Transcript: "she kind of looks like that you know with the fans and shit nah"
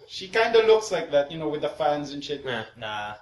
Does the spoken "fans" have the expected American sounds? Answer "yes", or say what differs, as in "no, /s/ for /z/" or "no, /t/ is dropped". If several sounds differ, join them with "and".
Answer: yes